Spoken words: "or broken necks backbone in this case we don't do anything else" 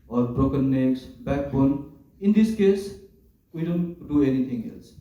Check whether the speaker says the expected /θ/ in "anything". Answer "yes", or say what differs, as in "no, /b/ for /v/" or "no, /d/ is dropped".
no, /t/ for /θ/